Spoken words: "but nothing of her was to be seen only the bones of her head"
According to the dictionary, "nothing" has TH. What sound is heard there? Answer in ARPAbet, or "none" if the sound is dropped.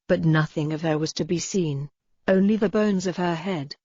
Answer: TH